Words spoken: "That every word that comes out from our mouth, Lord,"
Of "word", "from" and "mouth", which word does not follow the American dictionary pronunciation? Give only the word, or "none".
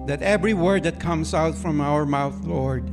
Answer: none